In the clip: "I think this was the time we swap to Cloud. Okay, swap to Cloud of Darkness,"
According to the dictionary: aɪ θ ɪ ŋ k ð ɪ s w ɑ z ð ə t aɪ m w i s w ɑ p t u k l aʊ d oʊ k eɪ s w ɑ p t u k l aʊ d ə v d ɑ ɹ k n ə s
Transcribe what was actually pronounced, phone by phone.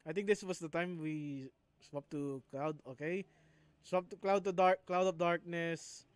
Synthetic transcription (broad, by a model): aɪ t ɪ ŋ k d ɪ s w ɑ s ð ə t aɪ m w i s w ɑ p t u k l aʊ d oʊ k eɪ s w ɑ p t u k l aʊ d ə p d ɑ ɹ k n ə s